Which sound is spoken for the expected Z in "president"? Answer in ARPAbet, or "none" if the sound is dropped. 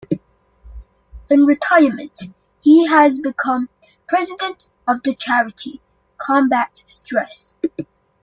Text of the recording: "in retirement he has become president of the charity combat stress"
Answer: Z